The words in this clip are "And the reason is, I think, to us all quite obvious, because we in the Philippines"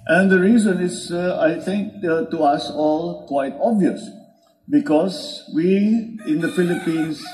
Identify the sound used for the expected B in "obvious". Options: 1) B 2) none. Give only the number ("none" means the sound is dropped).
1